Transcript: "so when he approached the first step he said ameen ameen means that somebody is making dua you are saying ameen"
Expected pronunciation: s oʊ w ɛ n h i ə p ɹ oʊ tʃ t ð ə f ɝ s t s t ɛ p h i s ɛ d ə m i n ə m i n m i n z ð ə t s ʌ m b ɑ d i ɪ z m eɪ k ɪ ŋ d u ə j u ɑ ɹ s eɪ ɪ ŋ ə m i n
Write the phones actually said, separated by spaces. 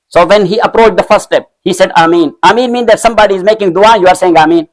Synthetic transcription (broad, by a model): s oʊ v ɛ n h i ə p ɹ oʊ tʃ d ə f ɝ t s t ɛ p h i s ɛ d ə m i n ə m i n m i n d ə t s ʌ m b ɑ d i ɪ z m eɪ k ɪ ŋ d u ə j u ɑ ɹ s eɪ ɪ ŋ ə m i n